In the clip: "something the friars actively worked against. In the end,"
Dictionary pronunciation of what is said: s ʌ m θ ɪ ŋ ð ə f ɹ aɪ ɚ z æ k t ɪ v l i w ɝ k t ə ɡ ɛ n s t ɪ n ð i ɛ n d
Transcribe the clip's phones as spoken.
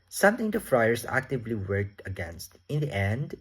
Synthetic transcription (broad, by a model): s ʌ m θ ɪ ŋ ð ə f ɹ aɪ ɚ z æ k t ɪ v l i w ɝ k t ə ɡ ɛ n s t ɪ n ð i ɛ n d